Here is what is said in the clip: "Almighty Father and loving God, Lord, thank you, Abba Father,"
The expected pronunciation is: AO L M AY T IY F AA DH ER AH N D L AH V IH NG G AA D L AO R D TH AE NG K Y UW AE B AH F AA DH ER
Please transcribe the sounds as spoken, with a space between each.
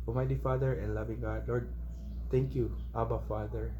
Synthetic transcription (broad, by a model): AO M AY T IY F AA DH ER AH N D L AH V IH NG G AA D L AO R D T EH NG K Y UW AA B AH F AA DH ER